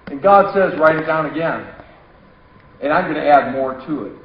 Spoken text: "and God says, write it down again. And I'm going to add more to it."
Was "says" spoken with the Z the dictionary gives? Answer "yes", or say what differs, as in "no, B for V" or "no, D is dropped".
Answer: yes